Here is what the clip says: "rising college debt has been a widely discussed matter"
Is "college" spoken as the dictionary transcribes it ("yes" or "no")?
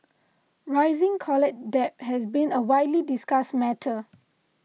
no